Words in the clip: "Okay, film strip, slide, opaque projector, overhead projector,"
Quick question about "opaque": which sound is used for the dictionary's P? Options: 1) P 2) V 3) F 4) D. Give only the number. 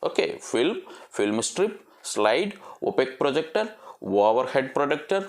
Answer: 1